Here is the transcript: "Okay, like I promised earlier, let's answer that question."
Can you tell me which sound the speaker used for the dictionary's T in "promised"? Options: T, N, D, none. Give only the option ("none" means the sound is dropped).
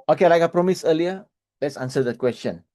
none